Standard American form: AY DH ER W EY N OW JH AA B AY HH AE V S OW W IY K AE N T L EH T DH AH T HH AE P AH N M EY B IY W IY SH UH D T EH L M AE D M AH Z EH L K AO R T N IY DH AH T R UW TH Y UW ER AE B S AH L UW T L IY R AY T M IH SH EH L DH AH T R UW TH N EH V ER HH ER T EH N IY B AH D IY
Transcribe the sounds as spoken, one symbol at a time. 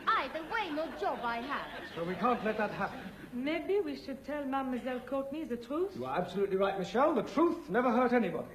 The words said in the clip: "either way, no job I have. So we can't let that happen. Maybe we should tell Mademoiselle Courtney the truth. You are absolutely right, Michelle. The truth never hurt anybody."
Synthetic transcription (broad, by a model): AY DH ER W EY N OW JH AA B AY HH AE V S OW W IY K AE N T L EH T DH AH T HH AE P AH N M EY B IY W IY SH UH D T EH L M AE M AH Z EH L K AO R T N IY DH AH T R UW TH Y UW ER AE B S AH L UW T L IY R AY T M IH SH EH L DH AH T R UW TH N EH V ER HH ER T EH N IY B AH D IY